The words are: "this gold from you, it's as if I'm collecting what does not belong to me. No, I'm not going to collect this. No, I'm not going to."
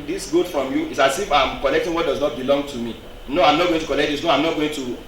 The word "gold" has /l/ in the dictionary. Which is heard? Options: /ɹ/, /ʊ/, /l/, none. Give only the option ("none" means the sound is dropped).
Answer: none